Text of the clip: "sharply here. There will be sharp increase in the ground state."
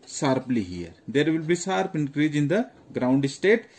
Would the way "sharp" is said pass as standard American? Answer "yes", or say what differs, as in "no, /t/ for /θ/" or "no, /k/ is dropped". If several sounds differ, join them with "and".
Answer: no, /s/ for /ʃ/